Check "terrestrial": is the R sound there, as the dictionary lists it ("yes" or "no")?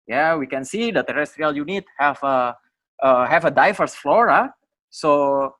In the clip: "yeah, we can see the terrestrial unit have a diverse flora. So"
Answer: yes